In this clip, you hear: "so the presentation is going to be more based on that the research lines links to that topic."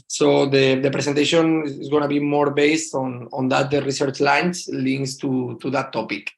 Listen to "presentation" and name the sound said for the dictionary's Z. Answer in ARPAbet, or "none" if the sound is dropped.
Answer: S